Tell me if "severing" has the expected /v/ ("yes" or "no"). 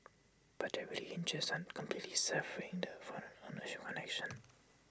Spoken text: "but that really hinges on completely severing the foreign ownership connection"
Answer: no